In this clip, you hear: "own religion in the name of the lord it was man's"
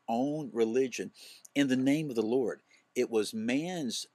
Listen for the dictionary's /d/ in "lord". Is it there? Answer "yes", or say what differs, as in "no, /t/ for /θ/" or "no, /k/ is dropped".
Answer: yes